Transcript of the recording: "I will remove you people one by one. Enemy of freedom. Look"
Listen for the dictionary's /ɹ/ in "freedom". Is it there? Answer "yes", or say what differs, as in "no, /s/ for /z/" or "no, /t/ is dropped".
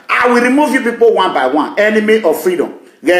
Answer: yes